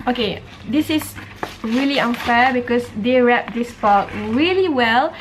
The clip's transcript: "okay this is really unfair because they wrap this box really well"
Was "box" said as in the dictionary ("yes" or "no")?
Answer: no